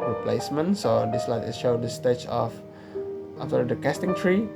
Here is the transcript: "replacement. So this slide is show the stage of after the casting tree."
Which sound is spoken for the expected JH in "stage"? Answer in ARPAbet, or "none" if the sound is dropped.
CH